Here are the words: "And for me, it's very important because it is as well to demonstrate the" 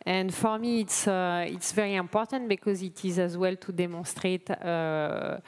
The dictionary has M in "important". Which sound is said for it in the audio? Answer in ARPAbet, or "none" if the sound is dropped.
M